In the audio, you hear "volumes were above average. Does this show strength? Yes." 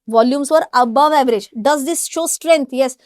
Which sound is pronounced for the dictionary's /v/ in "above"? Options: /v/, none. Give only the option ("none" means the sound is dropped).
/v/